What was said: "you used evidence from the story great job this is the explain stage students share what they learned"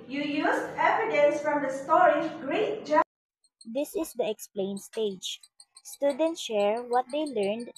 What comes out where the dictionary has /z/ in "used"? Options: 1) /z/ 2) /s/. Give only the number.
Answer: 2